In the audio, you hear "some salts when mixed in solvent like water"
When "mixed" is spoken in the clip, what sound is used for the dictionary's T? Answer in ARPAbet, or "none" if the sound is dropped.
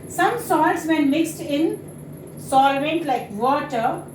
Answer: T